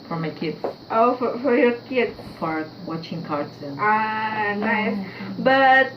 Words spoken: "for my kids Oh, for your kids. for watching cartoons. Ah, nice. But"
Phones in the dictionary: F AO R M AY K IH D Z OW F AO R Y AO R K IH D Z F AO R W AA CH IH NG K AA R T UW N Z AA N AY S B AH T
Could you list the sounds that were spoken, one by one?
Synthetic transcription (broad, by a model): F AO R M AY K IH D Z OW F AO R Y AO R K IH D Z F AO R W AA CH IH NG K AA R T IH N AA N AY S B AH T